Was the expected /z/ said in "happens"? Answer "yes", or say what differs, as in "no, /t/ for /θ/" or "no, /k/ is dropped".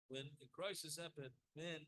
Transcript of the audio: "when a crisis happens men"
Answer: no, /z/ is dropped